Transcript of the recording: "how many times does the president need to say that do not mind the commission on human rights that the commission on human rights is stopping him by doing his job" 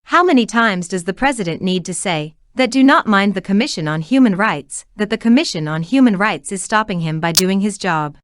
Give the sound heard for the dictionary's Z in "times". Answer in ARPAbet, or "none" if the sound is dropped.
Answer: Z